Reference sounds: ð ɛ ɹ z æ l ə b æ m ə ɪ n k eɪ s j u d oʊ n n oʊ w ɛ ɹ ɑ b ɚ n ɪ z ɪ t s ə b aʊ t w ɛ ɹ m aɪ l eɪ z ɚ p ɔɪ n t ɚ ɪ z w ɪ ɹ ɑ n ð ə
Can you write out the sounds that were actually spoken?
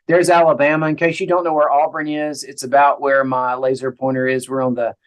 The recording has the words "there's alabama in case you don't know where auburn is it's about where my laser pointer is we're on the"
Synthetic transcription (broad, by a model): ð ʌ ɹ z æ l ə b æ m ə ɪ n k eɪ ʃ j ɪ d oʊ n n oʊ w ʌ ɹ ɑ b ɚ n ɪ z ɪ t s ə b aʊ t w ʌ ɹ m aɪ l eɪ z ɚ p ɔɪ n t ɚ ɪ z w ɪ ɹ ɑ n ð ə